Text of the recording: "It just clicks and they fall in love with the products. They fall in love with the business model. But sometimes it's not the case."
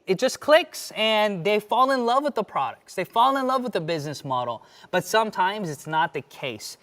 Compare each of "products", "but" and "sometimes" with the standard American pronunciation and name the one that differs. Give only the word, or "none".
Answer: none